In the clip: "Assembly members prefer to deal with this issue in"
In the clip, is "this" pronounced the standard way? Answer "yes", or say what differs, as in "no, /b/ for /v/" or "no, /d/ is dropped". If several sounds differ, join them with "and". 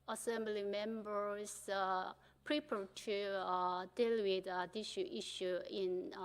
no, /ʃ/ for /s/